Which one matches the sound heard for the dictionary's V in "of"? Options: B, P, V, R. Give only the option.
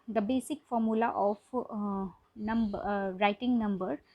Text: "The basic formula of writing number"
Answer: B